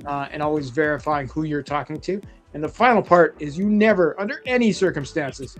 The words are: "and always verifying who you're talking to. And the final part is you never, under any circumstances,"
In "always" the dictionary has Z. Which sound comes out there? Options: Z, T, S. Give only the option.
Z